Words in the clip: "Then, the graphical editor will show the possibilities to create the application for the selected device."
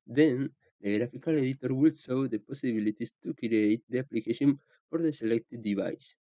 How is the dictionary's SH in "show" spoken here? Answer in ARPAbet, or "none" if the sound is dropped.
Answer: S